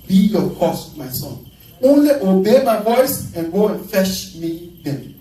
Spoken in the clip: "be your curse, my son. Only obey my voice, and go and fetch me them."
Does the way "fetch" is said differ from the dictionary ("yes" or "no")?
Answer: yes